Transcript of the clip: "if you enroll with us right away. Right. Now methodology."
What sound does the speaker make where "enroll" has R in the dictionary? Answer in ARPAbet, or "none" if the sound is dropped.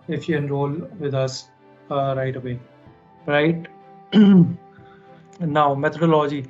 R